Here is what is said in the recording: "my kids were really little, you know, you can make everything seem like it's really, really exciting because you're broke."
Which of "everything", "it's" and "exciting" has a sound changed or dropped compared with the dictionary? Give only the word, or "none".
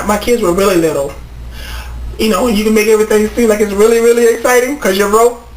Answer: none